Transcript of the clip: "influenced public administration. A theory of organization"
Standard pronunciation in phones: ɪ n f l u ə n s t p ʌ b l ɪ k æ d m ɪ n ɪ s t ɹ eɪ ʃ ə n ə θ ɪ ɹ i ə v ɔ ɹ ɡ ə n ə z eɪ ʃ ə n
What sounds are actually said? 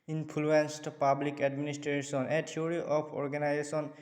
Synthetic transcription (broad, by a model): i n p l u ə n s t p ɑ b l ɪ k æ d m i n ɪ s t ɹ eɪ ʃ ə n ə t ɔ ɹ i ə p ɔ ɹ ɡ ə n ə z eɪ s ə n